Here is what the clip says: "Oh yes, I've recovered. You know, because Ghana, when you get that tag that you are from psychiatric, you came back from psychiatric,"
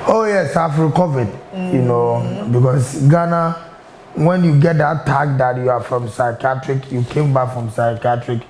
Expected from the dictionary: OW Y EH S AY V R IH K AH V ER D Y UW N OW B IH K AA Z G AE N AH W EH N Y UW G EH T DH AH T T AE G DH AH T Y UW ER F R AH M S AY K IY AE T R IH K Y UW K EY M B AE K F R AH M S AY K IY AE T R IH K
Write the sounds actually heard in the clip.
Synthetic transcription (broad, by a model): OW Y EH S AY F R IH K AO V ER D Y UW N OW B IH K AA S G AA N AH W EH N Y UW G EH T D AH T T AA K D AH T Y UW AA F R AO M S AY K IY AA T R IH K Y UW K EY M B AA K F R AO M S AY K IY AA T R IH K